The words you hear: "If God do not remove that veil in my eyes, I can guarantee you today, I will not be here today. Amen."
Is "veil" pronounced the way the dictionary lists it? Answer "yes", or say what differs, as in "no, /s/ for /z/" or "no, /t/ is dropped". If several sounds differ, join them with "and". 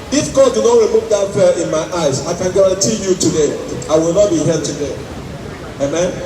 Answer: no, /f/ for /v/